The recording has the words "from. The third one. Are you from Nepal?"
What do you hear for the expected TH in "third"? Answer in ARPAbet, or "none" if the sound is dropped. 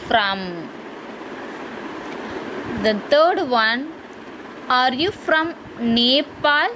T